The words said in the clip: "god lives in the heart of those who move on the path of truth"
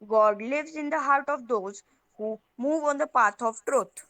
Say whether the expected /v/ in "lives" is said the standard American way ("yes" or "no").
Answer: yes